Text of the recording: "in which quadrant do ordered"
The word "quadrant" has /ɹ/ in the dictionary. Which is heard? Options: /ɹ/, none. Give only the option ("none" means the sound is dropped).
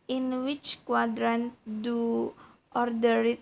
/ɹ/